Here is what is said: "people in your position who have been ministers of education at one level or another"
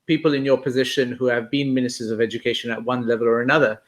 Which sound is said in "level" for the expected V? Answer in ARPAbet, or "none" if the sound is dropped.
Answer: V